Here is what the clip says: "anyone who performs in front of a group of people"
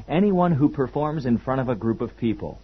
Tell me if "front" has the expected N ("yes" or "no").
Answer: no